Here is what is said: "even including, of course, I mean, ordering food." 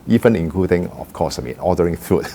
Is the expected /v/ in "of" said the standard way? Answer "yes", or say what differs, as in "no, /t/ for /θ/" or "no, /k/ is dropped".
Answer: no, /f/ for /v/